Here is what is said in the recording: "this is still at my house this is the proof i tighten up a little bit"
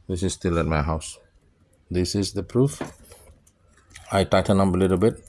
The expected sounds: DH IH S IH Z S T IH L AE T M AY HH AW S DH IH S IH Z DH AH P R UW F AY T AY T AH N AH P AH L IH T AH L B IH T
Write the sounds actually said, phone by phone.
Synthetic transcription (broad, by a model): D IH S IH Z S T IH L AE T M AY HH AW S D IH S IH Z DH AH P R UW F AY T AY T AH N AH B AH L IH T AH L B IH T